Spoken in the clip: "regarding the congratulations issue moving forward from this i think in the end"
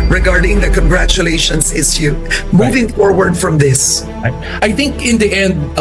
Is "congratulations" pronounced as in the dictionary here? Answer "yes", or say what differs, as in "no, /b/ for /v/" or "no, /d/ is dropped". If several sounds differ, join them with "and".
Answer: no, /s/ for /z/